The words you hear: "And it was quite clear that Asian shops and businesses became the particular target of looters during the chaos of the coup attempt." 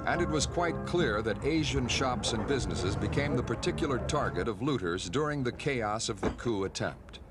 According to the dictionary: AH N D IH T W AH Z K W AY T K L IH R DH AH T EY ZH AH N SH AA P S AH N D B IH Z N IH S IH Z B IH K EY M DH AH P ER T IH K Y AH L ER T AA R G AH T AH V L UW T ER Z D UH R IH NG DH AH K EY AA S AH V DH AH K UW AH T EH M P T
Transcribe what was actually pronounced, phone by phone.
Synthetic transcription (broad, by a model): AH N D IH T W AH Z K W AY T K L IH R DH AH T EY ZH AH N SH AA P S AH N B IH Z N IH S IH Z B IH K EY M DH AH P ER T IH K Y L ER T AA R G AH T AH V L UW T ER Z D UH R IH NG DH AH K EY AA S AH V DH AH K UW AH T EH M P T